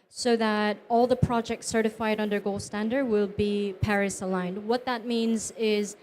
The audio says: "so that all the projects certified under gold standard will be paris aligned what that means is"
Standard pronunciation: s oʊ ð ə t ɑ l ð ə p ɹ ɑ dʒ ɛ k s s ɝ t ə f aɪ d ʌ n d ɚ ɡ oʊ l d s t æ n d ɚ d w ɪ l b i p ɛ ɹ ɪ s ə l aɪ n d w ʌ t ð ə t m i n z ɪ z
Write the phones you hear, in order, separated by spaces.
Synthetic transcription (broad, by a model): s oʊ ð ə t ɑ l ð ə p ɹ ɑ dʒ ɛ k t s ɝ t ə f aɪ d ʌ n d ɚ ɡ oʊ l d s t æ n d ɚ d w ɪ l b i p ɛ ɹ ɪ s ə l aɪ n d w ʌ t ð ə t m i n z ɪ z